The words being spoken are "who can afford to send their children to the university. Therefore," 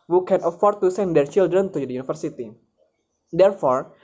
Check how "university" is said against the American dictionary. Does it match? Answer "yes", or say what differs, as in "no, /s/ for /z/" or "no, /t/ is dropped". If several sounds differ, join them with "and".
no, /f/ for /v/